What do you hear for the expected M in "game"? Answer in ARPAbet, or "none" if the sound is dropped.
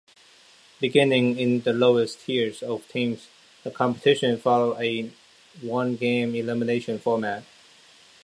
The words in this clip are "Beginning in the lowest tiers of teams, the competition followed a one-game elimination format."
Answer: M